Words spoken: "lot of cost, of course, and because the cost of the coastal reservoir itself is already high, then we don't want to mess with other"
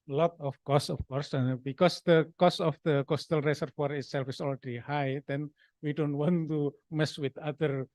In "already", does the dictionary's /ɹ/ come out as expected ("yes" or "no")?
no